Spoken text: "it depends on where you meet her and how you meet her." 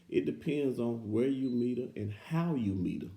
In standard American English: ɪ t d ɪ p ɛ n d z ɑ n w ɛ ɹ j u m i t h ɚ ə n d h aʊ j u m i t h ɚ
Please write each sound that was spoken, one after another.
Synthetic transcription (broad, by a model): ɪ t d ɪ p ɛ n d z n w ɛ ɹ j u m i t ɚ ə n h aʊ j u m i t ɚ